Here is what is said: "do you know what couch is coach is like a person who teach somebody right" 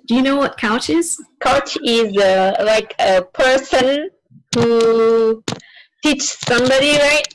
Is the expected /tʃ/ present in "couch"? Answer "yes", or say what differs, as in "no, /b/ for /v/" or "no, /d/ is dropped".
yes